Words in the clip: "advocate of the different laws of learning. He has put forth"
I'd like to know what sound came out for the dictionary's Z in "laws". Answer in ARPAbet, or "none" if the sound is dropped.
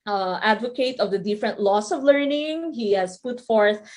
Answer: S